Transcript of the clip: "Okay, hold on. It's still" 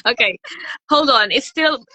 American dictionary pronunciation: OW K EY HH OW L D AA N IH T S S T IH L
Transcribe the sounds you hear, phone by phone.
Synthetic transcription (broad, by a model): OW K EY HH OW L D N IH T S S T IH L